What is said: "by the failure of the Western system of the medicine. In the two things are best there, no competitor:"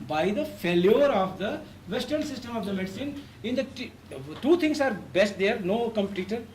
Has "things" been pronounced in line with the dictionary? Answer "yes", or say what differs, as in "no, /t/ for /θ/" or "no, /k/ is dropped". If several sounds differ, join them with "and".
no, /t/ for /θ/ and /s/ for /z/